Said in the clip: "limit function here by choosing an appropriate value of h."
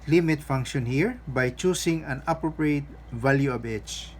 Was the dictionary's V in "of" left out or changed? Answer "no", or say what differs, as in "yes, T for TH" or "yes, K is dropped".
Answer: yes, B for V